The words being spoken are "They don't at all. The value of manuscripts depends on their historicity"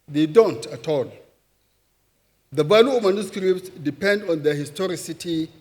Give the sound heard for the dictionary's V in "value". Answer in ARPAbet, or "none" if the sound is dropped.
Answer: B